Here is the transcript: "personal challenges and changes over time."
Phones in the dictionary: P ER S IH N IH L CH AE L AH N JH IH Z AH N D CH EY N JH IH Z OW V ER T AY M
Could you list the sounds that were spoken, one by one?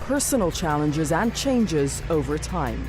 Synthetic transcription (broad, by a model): P ER S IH N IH L CH AE L AH N JH IH Z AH N CH EY N JH IH Z OW V ER T AY M